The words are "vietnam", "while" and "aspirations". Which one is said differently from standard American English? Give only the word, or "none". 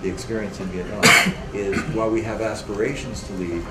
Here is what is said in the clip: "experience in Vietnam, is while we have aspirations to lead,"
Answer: vietnam